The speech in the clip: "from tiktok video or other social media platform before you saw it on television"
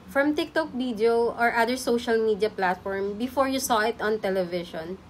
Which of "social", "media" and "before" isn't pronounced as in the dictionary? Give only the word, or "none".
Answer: none